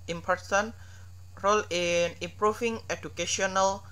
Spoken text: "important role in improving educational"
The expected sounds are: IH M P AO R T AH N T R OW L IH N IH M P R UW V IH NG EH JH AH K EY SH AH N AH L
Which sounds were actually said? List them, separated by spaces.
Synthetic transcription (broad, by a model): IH M P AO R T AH N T R OW L IH N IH M P R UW F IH NG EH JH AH K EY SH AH N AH L